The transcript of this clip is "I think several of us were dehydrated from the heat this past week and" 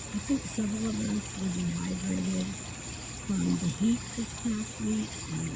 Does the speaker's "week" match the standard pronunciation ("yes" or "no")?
no